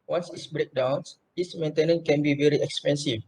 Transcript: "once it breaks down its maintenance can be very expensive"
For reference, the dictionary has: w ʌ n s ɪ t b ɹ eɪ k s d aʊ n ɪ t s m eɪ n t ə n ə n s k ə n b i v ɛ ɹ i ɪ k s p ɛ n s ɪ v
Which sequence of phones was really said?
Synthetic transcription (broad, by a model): w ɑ n s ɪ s b ɹ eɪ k d aʊ n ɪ s m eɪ n t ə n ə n k ə n b i v ɛ ɹ i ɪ k s p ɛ n s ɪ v